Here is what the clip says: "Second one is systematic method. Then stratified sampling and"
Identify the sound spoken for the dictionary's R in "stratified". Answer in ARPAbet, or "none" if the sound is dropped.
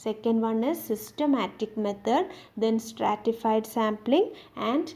R